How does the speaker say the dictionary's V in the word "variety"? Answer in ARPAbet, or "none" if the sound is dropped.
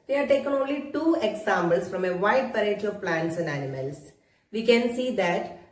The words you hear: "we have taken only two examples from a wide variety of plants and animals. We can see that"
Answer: P